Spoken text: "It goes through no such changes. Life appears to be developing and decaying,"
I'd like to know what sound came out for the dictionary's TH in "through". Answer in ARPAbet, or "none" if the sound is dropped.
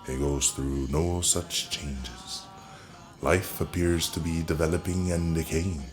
TH